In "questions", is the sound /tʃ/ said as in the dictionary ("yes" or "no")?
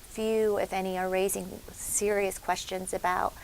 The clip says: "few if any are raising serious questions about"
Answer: yes